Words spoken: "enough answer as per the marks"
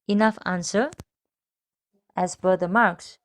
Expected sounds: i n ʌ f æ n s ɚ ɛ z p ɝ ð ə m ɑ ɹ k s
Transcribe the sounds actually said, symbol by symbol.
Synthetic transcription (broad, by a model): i n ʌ f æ n s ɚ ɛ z b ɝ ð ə m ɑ ɹ k s